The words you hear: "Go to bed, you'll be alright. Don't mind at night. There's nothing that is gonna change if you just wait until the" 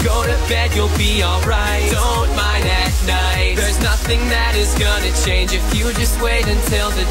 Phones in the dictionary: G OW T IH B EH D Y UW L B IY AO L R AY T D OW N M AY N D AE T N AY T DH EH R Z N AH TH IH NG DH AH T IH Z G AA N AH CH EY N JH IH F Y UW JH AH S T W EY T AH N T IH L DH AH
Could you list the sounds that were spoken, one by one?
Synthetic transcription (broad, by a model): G OW T IH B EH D Y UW L B IY AO L R AY T D OW N M AY N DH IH T N AY T DH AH R Z N AH TH IH NG DH AH T IH Z G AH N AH CH EY N JH IH F Y UW JH AH S T W EY T AH N T IH L DH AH